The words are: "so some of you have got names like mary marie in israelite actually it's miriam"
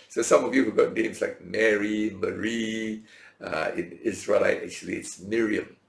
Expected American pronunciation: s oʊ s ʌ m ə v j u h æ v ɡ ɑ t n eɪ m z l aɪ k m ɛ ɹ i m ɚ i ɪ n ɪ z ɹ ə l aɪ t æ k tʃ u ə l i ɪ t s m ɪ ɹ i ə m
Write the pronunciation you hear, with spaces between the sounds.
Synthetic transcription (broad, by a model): s oʊ s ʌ m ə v j u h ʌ ɡ ɑ t n eɪ m s l aɪ k m ɛ ɹ i m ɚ i ɪ n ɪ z ɹ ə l aɪ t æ k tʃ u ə l i ɪ t s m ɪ ɹ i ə m